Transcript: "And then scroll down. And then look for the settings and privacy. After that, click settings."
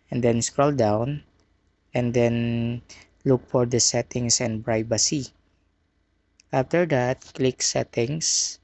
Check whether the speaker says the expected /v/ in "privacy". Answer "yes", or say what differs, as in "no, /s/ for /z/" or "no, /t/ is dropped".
no, /b/ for /v/